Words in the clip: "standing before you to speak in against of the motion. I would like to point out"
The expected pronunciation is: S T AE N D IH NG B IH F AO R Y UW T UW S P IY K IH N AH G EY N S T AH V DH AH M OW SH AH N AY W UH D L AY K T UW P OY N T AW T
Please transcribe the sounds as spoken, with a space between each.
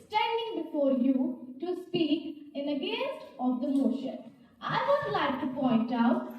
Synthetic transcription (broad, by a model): S T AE N D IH NG B IH F AO R Y UW T UW S P IY K IH N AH G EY S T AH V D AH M OW SH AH N AY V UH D L AY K T UW P OY N T AW T